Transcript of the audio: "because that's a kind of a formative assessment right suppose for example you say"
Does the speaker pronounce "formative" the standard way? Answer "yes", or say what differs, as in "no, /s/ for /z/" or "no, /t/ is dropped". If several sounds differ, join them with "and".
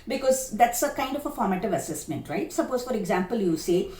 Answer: yes